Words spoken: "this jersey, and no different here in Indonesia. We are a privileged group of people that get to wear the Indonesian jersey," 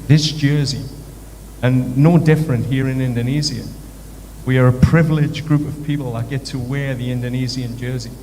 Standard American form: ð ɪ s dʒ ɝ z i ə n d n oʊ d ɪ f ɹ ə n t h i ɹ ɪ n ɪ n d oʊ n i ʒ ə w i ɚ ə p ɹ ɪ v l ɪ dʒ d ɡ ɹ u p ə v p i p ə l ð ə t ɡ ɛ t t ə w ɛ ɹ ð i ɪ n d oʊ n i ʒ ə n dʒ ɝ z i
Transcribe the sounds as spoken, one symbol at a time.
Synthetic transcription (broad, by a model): ð ɪ s dʒ ɝ z i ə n n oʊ d ɪ f ɹ ə n t h i ɹ ɪ n ɪ n d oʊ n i z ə w i ɚ ə p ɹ ɪ v l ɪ dʒ ɡ ɹ u p ə v p i p l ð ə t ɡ ɛ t t ə w ɛ ɹ ð i ɪ n d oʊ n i z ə n dʒ ɝ z i